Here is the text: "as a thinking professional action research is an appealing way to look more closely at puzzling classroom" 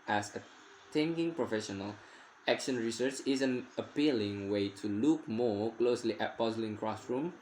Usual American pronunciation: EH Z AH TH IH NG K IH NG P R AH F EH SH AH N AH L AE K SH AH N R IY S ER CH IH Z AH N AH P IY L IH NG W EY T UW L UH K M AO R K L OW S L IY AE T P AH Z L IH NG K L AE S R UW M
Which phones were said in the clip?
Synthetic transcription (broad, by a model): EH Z AH T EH NG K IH NG P R AH F EH SH AH N AH L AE K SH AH N R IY S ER CH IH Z AH N AH P IY L IH NG W EY T UW L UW K M AO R K L OW S L IY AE T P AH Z L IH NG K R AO S R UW M